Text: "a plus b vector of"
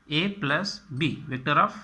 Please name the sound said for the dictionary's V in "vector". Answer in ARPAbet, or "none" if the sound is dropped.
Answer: V